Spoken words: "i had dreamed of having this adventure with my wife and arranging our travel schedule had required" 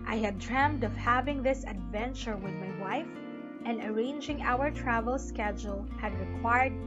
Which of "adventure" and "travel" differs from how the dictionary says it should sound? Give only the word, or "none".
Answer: none